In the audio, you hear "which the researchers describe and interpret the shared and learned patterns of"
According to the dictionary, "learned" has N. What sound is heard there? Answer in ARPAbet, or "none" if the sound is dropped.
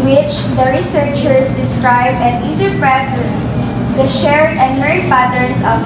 none